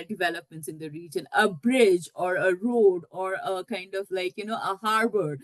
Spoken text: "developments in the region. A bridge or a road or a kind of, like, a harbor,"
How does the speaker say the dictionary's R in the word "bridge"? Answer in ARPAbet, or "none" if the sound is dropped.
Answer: R